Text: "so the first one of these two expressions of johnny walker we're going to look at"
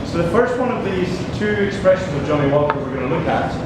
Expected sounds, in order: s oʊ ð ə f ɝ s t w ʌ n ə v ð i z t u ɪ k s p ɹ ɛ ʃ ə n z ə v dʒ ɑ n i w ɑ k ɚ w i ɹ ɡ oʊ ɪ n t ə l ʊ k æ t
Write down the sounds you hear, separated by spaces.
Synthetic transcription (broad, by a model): s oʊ ð ə f ɝ s t w ʌ n ə v ð i z t u ɪ k s p ɹ ɛ ʃ ə n z ə v dʒ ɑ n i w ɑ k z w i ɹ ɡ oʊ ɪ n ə l ʊ k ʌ t